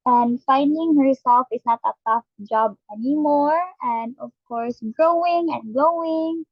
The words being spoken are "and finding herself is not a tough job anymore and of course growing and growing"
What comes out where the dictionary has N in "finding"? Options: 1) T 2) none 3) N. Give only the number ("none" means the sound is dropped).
3